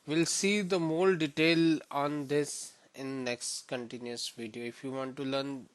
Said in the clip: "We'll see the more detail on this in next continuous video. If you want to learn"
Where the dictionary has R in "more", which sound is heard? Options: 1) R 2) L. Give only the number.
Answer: 2